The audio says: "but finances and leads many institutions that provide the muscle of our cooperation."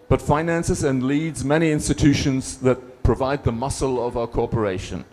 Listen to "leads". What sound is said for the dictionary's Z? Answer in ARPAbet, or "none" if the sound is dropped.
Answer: Z